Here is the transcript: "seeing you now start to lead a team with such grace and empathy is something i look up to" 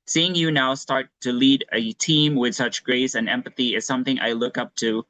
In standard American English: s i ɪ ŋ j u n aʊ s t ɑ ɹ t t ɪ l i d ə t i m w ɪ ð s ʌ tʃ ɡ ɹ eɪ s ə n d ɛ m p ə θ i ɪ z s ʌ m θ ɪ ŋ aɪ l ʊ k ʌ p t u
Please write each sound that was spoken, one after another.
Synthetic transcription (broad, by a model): s i ɪ ŋ j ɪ n aʊ s t ɑ ɹ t t ɪ l i d ə t i m w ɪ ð s ʌ tʃ ɡ ɹ eɪ s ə n ɛ m p ə θ i ɪ z s ʌ m θ ɪ ŋ aɪ l ʊ k ʌ p t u